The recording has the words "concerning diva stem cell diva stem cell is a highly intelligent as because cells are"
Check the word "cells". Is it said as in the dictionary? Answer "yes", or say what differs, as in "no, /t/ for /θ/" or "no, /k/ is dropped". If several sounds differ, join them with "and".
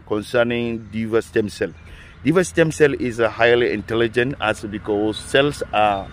no, /s/ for /z/